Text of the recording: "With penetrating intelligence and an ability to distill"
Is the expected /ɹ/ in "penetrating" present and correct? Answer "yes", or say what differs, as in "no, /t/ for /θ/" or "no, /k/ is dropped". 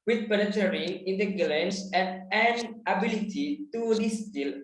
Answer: no, /ɹ/ is dropped